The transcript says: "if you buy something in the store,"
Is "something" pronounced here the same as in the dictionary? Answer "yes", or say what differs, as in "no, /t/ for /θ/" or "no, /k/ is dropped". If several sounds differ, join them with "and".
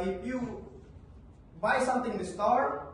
no, /t/ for /θ/